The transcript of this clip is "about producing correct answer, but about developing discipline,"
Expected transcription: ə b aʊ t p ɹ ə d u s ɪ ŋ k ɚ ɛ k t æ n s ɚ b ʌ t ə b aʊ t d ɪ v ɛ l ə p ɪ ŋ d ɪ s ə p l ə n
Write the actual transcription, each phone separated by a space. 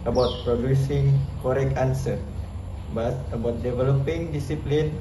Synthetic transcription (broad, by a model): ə b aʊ t p ɹ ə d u s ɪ ŋ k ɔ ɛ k ɑ n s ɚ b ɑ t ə b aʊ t d ɪ v ɛ l ə p ɪ ŋ d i s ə p l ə n